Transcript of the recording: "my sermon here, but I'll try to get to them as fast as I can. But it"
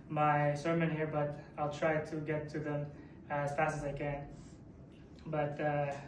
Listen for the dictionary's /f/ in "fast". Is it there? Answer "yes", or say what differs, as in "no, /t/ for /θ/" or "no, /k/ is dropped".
yes